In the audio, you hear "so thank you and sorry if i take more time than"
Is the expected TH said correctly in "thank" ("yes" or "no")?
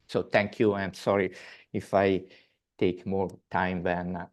no